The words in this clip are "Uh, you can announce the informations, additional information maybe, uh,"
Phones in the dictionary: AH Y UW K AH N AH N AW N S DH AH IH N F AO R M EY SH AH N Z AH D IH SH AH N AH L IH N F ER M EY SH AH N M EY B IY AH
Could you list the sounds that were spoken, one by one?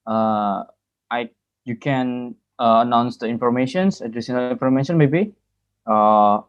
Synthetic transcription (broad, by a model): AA Y UW K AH N AH N AW N S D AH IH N F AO R M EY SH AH N S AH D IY S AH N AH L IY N F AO M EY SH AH N M EY B IY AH